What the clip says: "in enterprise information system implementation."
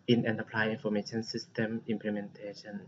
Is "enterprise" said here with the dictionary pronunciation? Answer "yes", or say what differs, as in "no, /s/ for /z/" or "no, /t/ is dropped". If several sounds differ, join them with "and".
no, /l/ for /ɹ/ and /z/ is dropped